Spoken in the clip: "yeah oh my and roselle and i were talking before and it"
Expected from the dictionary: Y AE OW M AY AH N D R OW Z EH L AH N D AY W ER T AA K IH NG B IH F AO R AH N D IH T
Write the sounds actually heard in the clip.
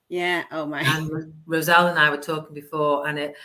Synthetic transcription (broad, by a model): Y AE OW M AY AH N R OW Z EH L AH N AY W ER T AA K IH NG B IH F AO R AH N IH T